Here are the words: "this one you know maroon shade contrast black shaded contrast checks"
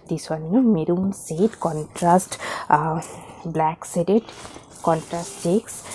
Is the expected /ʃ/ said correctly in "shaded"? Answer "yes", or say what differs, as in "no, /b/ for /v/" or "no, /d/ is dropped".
no, /s/ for /ʃ/